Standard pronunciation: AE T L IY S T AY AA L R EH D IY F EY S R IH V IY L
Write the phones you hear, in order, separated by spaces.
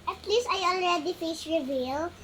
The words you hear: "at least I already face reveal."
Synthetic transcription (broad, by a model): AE T L IY S T AY AA L R EH D IY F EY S R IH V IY L